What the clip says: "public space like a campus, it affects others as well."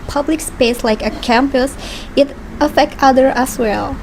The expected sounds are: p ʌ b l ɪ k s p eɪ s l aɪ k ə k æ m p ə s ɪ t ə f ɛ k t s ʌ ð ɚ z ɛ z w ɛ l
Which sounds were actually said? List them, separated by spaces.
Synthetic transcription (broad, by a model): p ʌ b l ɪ k s p eɪ s l aɪ k ə k æ m p ə s ɪ t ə f ɛ k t ʌ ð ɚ ɛ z w ɛ l